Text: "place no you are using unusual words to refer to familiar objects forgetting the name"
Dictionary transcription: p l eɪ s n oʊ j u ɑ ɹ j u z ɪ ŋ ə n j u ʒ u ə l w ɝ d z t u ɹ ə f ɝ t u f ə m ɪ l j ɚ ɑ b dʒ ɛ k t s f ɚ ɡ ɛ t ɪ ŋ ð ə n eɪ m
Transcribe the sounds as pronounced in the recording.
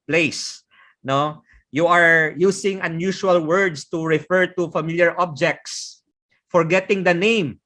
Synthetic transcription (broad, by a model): p l eɪ s n oʊ j u ɑ ɹ j u s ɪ ŋ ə n j u ʃ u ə l w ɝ d s t u ɹ ə f ɝ t u f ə m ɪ l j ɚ ɑ b dʒ ɛ k t s f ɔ ɡ ɛ t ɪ ŋ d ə n eɪ m